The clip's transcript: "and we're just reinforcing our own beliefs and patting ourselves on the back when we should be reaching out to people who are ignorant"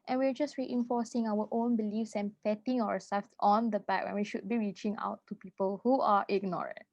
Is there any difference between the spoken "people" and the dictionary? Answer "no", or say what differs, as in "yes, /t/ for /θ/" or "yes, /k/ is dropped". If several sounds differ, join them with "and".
no